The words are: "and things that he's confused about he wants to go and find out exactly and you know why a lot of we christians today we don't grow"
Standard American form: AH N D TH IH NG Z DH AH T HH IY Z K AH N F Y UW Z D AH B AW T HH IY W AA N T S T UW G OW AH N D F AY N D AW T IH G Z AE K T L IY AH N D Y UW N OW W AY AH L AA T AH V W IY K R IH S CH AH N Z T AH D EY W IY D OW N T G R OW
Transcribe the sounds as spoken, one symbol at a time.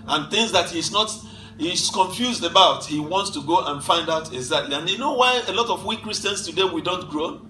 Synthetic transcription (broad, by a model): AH N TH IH NG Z DH AH T HH IY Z K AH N F Y UW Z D AH B AW T HH IY W AA N T S T UW G OW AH N F AY N D AW T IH G Z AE K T L IY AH N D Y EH N OW W AY AH L AA T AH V W IY K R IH S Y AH N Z T AH D EY W IY D OW N T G R OW